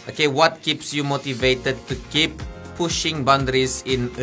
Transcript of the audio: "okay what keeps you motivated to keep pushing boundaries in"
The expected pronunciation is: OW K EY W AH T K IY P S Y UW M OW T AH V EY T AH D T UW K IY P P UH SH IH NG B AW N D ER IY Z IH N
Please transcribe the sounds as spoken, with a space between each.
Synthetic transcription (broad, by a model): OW K EY W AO T K IY P S Y UW M OW T AH V EY T AH D T UW K IY P P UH SH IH NG B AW N D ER IY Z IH N